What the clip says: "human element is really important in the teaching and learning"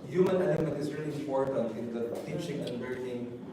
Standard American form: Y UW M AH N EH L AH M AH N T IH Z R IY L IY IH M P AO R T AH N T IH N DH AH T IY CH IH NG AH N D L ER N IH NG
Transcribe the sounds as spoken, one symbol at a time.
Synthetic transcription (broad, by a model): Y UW M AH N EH N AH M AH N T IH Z R IY L IY IH M P AO R T AH N T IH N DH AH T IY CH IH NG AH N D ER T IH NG